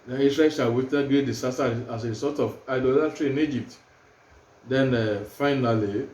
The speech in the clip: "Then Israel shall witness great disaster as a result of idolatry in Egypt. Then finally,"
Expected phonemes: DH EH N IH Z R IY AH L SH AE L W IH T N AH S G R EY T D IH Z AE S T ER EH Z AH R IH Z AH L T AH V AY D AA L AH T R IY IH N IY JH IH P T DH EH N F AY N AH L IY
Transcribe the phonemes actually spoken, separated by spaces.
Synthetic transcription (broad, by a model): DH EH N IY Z R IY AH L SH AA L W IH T AH G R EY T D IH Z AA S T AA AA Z AH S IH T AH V AY D AA L AH T R IY IH N IY JH IH P T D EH N F AY N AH L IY